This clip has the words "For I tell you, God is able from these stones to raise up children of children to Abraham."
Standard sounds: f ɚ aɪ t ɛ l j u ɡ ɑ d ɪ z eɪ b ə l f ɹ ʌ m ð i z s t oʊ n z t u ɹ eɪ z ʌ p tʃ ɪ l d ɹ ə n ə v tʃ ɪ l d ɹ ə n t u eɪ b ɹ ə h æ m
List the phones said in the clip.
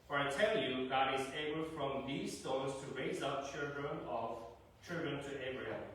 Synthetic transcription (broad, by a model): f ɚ aɪ t ɛ l j u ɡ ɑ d ɪ z eɪ b ə l f ɹ ʌ m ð i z s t oʊ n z t u ɹ eɪ z ʌ p tʃ ɪ l d ɹ ə n ə v tʃ ɪ l d ɹ ə n t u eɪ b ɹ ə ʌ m